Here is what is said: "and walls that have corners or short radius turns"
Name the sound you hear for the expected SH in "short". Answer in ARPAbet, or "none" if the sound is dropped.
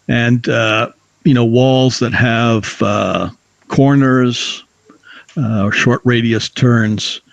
SH